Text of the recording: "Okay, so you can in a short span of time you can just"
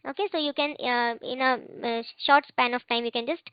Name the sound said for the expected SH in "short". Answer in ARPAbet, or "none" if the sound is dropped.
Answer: SH